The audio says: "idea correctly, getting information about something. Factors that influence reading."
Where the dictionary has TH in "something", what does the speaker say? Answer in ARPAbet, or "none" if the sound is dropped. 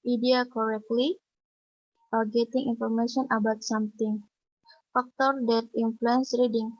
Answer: T